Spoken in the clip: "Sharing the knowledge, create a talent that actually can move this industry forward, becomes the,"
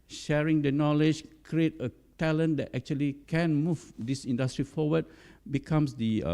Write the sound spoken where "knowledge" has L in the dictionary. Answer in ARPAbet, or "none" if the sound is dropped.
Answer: L